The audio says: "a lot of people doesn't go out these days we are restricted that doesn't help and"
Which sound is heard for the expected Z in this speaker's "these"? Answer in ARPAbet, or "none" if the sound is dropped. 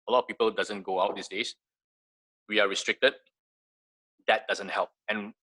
S